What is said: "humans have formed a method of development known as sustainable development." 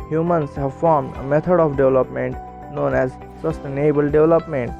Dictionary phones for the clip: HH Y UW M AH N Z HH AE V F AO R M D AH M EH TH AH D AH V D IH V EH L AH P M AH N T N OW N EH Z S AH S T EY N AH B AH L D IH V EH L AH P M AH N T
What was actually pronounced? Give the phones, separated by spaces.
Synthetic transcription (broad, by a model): HH Y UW M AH N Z HH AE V F AO R M D AH M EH T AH D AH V D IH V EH L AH P M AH N T N OW N EH Z S AH S T EY N AH B AH L D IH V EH L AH P M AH N T